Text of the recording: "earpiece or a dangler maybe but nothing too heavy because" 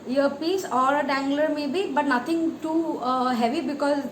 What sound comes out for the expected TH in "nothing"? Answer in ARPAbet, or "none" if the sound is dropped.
T